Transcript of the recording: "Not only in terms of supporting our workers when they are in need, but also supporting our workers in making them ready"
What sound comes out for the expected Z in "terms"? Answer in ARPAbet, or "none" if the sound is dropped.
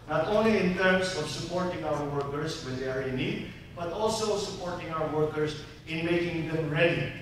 S